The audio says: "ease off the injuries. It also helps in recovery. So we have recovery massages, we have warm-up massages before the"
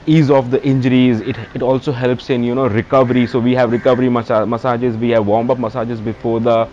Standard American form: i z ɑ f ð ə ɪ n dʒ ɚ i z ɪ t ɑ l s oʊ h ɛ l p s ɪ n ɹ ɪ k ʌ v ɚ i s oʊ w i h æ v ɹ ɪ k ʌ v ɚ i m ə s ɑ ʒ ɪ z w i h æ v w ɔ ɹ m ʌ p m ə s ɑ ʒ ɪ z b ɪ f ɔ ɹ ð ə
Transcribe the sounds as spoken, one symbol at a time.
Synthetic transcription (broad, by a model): i z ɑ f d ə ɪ n dʒ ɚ i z ɪ t ɑ l s oʊ h ɛ l p s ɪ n ɹ ɪ k ʌ v ɚ i s oʊ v i h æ v ɹ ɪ k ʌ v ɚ i m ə s ɑ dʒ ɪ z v i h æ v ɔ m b ʌ p m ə s ɑ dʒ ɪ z b ɪ f ɔ ɹ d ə